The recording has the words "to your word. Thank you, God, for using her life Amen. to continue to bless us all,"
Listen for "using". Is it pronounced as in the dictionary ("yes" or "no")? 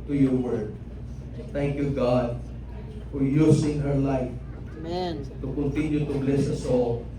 no